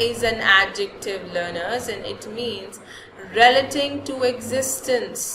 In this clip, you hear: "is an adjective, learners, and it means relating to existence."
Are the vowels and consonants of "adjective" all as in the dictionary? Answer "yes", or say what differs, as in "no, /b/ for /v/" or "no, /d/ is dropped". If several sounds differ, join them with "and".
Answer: yes